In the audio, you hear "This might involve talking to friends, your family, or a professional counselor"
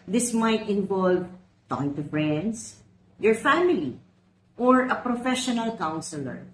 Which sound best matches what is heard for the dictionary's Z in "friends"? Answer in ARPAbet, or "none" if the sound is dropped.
S